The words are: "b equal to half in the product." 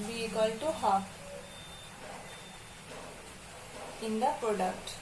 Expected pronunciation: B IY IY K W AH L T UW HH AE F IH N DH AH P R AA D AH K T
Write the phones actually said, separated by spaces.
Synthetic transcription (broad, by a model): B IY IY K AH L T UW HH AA IH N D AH P R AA D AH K T